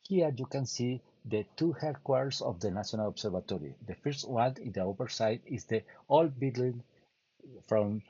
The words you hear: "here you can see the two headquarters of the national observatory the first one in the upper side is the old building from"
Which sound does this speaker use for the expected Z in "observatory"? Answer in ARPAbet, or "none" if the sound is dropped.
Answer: S